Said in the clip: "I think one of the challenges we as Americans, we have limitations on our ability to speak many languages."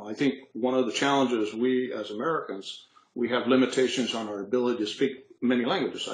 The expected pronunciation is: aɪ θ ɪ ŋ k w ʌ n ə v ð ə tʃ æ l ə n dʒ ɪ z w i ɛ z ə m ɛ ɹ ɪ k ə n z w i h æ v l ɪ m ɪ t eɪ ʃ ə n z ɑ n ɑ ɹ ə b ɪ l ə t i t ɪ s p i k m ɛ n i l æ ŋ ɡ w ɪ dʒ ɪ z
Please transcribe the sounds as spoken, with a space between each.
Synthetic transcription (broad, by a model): aɪ θ ɪ ŋ k w ʌ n ə v ð ə tʃ æ l ə n dʒ ɪ z w i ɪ z ə m ɛ ɹ ɪ k ə n z w i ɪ v l ɪ m ɪ t eɪ ʃ ə n z n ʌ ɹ ə b ɪ l ə t i t ɪ s p i k m ɛ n i l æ ŋ ɡ w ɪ dʒ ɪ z